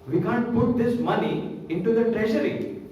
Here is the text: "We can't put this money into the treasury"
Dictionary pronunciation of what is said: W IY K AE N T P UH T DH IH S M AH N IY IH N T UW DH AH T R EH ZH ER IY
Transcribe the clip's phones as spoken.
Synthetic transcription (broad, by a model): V IY K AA N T P UH T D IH S M AH N IY IH N T UW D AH T R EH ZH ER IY